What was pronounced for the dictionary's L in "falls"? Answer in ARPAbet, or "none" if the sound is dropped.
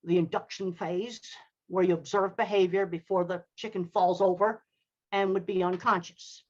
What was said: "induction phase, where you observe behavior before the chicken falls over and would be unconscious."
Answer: L